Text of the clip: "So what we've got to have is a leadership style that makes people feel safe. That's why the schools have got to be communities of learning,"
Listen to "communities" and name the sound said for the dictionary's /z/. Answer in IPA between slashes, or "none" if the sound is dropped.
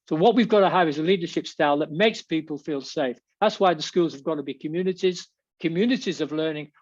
/z/